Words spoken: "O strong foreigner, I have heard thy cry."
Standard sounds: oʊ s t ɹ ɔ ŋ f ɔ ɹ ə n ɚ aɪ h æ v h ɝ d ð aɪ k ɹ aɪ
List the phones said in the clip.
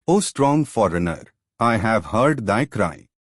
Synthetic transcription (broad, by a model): oʊ s t ɹ ɔ ŋ f ɔ ɹ ə n ɚ aɪ h æ v h ɝ d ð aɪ k ɹ aɪ